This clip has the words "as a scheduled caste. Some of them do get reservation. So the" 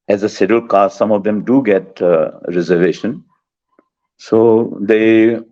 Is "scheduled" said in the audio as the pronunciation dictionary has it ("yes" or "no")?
no